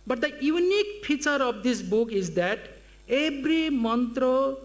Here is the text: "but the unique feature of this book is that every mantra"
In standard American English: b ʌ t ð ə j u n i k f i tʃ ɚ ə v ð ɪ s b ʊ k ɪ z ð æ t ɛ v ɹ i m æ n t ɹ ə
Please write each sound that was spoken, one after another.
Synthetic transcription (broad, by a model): b ʌ t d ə j u n i k p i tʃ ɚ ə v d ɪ s b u k ɪ z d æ t ɛ b ɹ i m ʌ n t ɹ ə